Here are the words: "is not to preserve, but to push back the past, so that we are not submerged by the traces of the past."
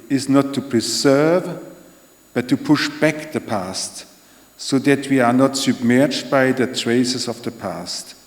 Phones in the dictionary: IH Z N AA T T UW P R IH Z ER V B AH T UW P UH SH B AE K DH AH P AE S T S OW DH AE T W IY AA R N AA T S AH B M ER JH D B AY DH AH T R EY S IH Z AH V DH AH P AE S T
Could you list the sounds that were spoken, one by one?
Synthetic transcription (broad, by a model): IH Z N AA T T UW P R IH Z ER V B AH T UW P UH SH B AE K DH AH P AE S T S OW DH AE T W IY AA R N AA T S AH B M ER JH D B AY DH AH T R EY S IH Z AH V DH AH P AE S T